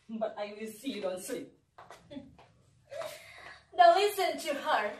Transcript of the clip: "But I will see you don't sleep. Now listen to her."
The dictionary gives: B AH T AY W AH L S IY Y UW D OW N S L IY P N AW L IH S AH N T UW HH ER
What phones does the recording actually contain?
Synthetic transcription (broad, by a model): B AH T AY W AH L S IY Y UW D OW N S IY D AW L IH S AH N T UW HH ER